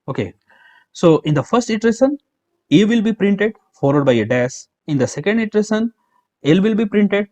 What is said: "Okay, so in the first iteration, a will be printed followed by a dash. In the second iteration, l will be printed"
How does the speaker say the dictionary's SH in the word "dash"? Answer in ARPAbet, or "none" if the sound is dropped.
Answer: S